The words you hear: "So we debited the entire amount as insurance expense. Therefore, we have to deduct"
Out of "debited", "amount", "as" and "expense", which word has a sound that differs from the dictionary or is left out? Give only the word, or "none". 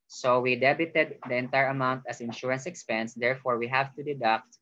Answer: as